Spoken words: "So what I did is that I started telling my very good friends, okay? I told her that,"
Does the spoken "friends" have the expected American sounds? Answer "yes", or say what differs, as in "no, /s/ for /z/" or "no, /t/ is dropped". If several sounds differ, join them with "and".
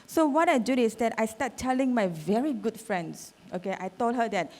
no, /s/ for /z/